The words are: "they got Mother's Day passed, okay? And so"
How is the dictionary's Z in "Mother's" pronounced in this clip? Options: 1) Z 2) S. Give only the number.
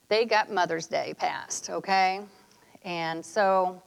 1